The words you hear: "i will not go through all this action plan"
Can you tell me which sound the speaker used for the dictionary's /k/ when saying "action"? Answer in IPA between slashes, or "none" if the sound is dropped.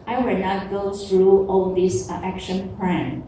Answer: /k/